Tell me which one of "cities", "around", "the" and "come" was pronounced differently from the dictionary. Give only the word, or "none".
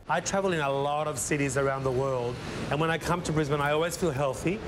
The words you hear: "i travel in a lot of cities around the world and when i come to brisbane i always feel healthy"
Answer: none